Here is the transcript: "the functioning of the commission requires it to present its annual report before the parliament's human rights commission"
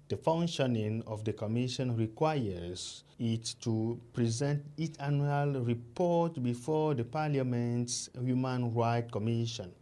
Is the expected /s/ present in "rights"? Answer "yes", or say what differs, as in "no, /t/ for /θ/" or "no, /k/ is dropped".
no, /s/ is dropped